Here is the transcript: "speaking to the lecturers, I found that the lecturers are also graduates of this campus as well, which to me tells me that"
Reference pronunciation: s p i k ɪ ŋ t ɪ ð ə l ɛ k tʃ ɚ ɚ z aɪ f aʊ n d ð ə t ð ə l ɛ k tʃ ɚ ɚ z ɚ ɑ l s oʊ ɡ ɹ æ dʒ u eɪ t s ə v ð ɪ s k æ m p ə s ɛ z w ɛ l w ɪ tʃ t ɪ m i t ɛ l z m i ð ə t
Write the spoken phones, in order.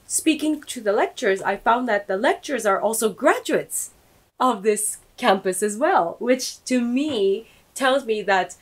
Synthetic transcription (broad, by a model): s p i k ɪ ŋ t ɪ ð ə l ɛ k tʃ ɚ ɚ z aɪ f aʊ n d ð ə t ð ə l ɛ k tʃ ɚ ɚ z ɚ ɑ l s oʊ ɡ ɹ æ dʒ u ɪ t s ə v ð ɪ s k æ m p ə s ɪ z w ɛ l w ɪ tʃ t ɪ m i t ɛ l z m i ð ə t